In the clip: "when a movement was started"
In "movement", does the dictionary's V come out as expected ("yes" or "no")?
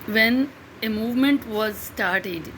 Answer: yes